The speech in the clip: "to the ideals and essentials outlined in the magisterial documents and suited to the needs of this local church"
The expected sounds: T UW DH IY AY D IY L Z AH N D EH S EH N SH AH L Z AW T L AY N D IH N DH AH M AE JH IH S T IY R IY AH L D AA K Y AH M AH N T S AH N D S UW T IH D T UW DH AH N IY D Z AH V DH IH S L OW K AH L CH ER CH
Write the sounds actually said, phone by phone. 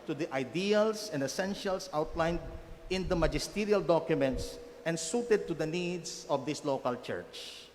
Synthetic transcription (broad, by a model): T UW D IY AY D IY L S AH N D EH S EH N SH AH L S AW T L AY N D IH N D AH M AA JH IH S T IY R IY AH L D AA K Y AH M AH N T S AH N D S UW T IH D T UW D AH N IY D S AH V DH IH S L OW K AH L CH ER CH